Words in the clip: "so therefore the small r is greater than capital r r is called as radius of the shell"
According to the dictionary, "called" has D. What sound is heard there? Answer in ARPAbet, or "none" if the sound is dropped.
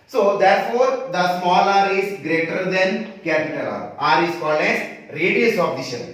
none